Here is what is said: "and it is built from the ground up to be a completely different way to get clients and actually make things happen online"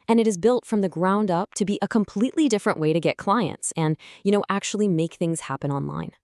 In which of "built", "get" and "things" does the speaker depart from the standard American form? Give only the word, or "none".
none